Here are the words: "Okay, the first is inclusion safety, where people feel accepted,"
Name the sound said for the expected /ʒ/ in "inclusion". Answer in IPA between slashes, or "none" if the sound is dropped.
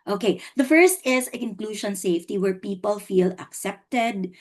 /ʃ/